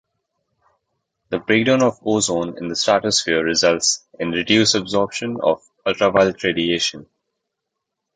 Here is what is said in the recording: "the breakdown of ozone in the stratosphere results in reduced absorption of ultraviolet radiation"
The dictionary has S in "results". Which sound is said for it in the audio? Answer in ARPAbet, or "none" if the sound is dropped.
S